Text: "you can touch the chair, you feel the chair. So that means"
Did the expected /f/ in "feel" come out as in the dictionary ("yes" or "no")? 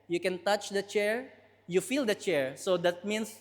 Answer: yes